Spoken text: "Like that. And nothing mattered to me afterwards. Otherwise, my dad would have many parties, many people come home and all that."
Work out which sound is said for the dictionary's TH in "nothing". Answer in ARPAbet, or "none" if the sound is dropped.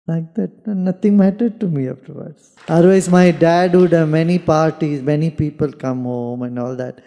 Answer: T